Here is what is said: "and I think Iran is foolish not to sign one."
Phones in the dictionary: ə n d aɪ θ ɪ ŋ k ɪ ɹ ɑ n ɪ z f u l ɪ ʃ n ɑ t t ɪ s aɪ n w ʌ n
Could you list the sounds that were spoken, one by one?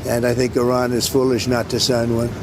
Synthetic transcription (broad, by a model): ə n aɪ θ ɪ ŋ k ɪ ɹ ɑ n ɪ z f u l ɪ ʃ n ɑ t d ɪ s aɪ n w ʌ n